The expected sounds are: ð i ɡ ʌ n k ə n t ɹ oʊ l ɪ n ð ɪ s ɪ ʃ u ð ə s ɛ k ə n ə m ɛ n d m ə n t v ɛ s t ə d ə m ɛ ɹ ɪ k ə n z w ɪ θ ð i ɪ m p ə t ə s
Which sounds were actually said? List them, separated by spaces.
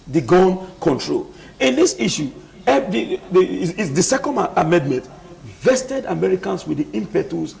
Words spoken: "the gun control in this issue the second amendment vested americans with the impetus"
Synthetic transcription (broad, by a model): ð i ɡ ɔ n k ə n t ɹ oʊ l ɪ n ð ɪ s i ʃ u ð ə s ɛ k ə n ə m ɛ n d m ə n t v ɛ s t ə d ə m ɛ ɹ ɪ k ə n s w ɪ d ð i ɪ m p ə t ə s